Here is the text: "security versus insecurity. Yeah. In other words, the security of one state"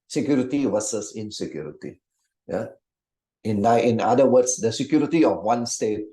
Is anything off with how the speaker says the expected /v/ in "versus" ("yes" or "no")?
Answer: yes